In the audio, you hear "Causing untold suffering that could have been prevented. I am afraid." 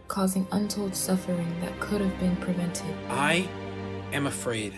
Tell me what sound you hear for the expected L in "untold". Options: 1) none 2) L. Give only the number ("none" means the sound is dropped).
2